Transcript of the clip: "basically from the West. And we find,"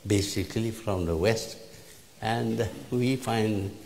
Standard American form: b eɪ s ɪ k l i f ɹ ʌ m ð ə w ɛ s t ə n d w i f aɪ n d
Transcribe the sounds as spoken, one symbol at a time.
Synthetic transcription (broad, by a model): b eɪ s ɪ k l i f ɹ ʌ m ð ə w ɛ s t ə n d w i f aɪ n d